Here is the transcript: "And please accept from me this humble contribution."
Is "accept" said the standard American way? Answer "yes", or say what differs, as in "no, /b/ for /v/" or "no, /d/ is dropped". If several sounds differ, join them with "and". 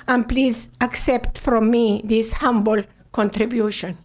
yes